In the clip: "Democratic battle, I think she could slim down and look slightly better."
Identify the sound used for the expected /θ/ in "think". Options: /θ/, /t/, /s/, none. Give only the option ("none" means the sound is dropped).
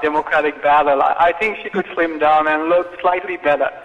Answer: /θ/